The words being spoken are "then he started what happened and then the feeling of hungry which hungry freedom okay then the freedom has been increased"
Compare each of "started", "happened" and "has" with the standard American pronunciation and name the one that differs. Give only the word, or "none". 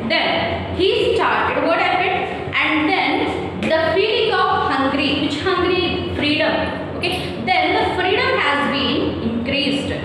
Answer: happened